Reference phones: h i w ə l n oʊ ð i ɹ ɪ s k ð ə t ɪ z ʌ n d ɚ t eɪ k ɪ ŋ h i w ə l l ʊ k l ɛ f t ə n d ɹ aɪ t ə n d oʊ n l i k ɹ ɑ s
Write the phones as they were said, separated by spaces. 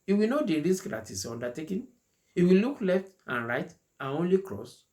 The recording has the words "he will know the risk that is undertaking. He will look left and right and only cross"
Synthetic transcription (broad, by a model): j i w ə n oʊ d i ɹ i s k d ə t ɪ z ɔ n d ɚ t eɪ k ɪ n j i w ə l l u k l ɛ f t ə n ɹ aɪ t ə n oʊ n l i k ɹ ɑ s